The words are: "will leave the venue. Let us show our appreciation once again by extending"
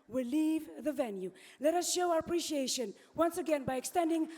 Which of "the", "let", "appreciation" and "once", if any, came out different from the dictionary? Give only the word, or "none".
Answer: none